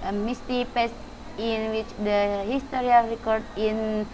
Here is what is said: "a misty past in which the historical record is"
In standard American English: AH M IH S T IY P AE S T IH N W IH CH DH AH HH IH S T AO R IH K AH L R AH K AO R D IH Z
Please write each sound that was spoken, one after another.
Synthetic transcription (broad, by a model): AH M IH S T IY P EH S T IH N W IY CH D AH HH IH S T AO R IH AH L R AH K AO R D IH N